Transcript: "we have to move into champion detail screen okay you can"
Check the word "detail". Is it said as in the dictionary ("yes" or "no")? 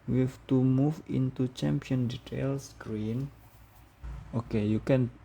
yes